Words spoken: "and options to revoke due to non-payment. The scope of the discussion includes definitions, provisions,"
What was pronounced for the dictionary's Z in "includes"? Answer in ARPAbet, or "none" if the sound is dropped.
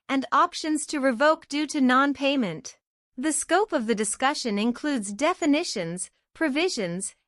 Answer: Z